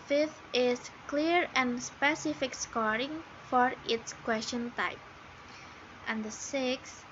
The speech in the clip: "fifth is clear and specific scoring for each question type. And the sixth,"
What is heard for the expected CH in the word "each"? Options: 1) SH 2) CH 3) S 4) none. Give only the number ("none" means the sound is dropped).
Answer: 3